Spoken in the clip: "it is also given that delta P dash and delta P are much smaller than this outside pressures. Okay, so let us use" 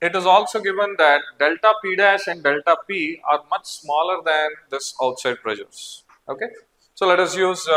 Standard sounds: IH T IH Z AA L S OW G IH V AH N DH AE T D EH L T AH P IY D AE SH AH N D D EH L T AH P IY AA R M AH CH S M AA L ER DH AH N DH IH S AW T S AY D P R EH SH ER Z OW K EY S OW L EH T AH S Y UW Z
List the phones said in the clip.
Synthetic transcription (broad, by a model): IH T IH Z AA L S OW G IH V AH N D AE T D EH L T AH P IY D AE SH AH N D D EH L T AH P IY AA R M AH CH S M AA L ER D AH N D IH S AW T S AY D P R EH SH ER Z OW K EY S OW L EH T AH S Y UW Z